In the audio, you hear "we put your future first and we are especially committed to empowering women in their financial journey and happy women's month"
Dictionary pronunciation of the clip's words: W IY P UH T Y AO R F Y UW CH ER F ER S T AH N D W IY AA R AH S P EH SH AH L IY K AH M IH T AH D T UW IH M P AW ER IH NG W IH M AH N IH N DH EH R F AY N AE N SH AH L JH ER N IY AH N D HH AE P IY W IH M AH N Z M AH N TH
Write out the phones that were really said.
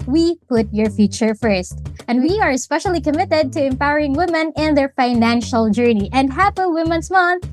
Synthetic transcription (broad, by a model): W IY P UH T Y AO R F Y UW CH ER F ER S T AH N D W IY AA R AH S P EH SH AH L IY K AH M IH T AH D T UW IH M P AW ER IH NG W IH M AH N IH N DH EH R F AY N AE N SH AH L JH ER N IY AH N D HH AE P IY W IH M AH N S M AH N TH